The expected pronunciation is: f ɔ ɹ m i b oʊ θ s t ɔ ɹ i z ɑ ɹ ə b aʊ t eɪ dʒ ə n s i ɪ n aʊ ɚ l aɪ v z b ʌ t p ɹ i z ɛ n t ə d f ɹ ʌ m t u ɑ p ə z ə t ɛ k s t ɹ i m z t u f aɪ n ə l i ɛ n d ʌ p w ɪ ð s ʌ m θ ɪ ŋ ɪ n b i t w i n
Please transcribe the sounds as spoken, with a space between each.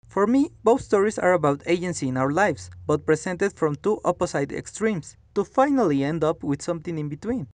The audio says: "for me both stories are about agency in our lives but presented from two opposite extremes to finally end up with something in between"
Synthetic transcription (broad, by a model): f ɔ ɹ m i b oʊ θ s t ɔ ɹ i s ɑ ɹ ə b aʊ t eɪ dʒ ə n s i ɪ n aʊ ɚ l aɪ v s b ʌ t p ɹ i s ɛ n t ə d f ɹ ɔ m t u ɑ p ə s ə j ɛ k s t ɹ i m s t u f aɪ n ə l i ɛ n d ʌ p w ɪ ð s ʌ m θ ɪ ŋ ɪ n b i t w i n